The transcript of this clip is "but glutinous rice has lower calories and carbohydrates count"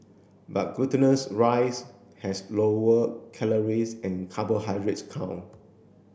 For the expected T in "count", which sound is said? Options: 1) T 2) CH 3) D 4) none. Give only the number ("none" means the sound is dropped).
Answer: 4